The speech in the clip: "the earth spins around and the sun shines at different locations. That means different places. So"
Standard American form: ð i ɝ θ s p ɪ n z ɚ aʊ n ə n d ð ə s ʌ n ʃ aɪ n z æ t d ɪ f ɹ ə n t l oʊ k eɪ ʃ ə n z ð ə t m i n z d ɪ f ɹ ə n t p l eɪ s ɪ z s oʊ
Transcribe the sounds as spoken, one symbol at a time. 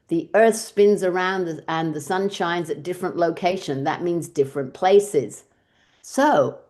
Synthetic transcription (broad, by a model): ð i ɝ θ s p ɪ n z ɚ aʊ n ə n ð ə s ʌ n ʃ aɪ n z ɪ t d ɪ f ɹ ə n t l oʊ k eɪ ʃ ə n ð ə t m i n z d ɪ f ɹ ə n p l eɪ s ɪ z s oʊ